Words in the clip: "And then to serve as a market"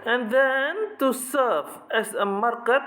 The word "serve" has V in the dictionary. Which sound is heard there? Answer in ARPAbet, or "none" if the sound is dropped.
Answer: F